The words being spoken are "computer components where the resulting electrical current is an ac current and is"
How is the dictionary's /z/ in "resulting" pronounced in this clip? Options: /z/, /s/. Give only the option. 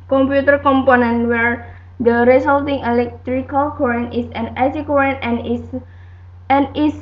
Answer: /s/